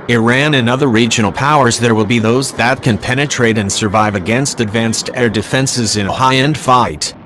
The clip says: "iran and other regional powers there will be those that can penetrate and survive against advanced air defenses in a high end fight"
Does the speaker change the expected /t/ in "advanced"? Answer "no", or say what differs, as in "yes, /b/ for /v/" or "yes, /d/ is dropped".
no